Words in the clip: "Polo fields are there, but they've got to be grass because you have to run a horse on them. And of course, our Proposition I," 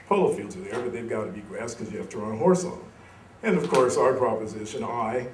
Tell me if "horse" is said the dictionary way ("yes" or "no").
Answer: yes